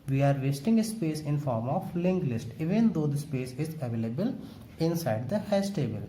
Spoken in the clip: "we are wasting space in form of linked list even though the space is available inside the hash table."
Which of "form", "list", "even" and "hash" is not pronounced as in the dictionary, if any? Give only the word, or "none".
hash